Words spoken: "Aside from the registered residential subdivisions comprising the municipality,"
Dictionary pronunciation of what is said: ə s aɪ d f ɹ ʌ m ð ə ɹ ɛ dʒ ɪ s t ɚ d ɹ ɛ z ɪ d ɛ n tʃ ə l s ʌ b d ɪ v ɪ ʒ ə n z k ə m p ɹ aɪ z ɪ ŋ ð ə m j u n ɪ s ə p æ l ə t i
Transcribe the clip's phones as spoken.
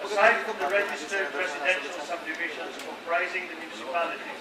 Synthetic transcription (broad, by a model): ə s aɪ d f ɹ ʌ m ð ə ɹ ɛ dʒ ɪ s t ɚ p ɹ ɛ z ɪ d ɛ n ʃ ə l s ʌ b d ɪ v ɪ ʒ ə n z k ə p ɹ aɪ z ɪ ŋ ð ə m j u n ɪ s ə p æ l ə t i